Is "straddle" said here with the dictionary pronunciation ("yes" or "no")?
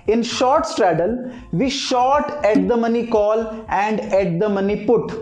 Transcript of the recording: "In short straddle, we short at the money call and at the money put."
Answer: yes